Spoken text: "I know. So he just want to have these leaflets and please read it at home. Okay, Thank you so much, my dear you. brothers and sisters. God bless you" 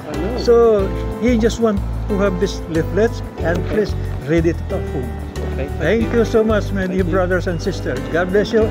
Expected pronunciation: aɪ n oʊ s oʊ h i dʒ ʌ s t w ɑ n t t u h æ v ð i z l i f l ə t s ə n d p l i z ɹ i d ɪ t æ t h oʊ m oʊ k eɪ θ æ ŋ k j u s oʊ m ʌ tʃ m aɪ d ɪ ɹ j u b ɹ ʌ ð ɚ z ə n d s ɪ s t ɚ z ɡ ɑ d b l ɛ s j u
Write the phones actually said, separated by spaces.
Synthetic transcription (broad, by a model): s oʊ h i dʒ ʌ s t w ɑ n t t u h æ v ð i s l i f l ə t s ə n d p l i s ɹ i d ɪ t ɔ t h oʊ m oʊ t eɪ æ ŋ k j u s oʊ m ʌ tʃ m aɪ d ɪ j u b ɹ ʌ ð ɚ s ə n d s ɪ s t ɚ s ɡ ɑ d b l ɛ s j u